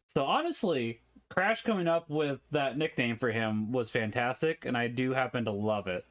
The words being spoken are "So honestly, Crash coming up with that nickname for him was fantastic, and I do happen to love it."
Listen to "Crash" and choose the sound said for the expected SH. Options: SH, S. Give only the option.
SH